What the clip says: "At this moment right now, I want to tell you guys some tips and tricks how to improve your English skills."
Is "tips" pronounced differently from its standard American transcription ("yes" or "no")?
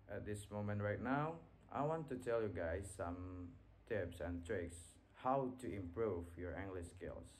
no